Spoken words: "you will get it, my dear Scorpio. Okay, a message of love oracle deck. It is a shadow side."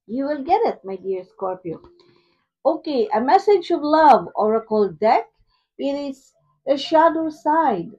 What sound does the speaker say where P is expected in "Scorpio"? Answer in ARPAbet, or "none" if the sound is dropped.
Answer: P